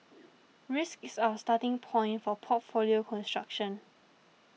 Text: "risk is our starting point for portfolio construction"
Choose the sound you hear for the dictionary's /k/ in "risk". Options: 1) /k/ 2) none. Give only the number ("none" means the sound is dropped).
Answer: 1